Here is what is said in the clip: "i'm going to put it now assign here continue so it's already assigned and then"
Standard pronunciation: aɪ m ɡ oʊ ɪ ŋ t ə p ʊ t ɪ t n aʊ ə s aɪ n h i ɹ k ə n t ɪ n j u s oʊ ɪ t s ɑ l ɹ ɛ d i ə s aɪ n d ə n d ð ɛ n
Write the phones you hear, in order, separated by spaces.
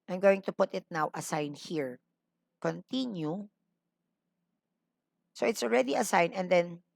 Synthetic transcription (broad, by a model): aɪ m ɡ oʊ ɪ ŋ t ə p ʊ t ɪ t n aʊ ə s aɪ n h i ɹ k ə n t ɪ n j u s oʊ ɪ t s ɑ l ɹ ɛ d i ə s aɪ n ə n d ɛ n